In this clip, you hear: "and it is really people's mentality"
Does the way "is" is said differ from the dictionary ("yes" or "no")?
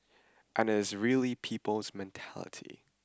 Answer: no